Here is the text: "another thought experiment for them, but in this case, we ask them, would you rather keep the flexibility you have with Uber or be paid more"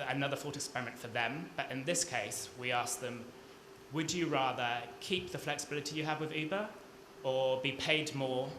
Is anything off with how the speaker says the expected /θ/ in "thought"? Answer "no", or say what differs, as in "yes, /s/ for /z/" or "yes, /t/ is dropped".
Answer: yes, /f/ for /θ/